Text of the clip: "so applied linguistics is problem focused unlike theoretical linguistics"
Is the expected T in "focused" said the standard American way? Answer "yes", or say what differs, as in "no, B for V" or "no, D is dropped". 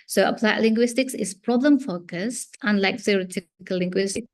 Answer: yes